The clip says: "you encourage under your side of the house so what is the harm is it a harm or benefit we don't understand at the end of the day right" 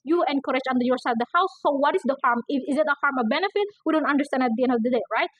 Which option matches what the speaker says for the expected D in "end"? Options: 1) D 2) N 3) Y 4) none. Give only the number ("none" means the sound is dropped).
1